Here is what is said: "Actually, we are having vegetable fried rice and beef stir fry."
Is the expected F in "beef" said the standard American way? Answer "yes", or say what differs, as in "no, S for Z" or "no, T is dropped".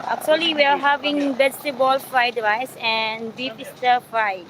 no, P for F